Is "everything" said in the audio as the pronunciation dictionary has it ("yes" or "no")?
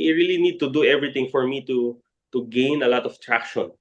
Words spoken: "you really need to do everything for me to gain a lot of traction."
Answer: no